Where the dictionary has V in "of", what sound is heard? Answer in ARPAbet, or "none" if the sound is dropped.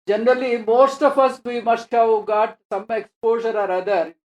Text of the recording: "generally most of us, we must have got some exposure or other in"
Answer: P